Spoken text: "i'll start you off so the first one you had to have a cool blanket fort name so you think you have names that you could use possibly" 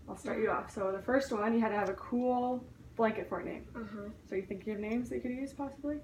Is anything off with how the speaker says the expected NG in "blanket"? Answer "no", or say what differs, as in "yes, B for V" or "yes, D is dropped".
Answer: no